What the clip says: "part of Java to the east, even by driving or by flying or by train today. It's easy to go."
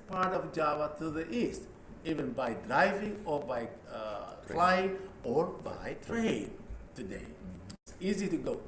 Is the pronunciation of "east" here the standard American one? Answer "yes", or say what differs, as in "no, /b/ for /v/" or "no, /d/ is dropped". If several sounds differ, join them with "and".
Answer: yes